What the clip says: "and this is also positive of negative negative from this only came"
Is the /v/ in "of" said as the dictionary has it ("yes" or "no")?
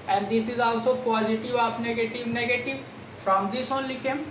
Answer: no